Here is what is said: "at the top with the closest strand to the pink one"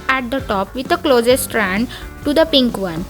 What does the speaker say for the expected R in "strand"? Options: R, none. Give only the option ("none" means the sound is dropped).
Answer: R